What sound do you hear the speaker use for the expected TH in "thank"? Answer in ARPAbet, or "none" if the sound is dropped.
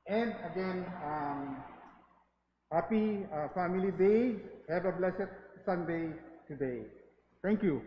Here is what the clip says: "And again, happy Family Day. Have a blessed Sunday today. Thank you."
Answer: T